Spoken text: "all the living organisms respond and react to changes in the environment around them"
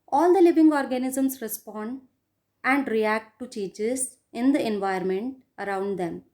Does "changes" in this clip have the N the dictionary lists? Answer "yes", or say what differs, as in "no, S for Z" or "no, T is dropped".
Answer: no, N is dropped